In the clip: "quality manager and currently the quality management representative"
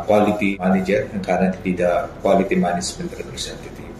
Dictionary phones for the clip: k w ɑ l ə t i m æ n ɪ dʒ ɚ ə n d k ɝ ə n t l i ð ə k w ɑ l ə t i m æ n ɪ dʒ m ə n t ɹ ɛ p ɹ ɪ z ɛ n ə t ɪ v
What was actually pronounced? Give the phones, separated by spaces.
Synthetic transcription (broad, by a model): k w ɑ l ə t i m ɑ n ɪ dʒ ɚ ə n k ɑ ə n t i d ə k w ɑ l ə t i m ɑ n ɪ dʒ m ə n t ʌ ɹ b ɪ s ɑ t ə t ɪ